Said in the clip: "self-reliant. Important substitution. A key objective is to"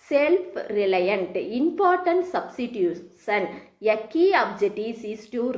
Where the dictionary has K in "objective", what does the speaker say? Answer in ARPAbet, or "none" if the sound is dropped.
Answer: none